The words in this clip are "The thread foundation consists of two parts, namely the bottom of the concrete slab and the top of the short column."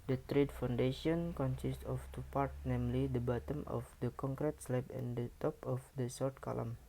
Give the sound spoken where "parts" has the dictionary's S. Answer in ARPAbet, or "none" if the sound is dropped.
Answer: none